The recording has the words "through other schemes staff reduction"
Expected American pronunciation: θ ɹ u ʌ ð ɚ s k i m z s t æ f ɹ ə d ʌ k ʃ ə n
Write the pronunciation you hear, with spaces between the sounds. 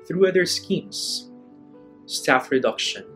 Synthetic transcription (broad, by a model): θ ɹ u ʌ ð ɚ s k i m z s t æ f ɹ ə d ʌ k ʃ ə n